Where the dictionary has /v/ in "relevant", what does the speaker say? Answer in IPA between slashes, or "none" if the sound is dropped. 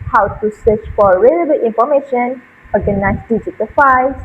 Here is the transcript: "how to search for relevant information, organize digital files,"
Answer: /b/